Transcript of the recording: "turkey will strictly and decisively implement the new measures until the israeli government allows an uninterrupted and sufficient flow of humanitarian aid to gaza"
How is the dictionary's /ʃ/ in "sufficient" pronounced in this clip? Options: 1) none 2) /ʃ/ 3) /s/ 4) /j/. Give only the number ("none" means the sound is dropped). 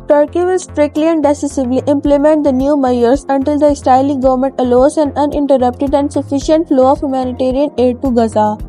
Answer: 2